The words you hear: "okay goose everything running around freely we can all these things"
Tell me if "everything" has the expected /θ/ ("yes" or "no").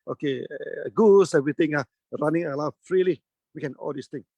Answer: no